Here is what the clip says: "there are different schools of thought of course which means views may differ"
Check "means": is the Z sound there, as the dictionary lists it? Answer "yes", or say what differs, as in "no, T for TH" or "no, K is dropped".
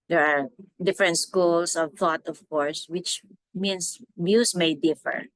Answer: no, S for Z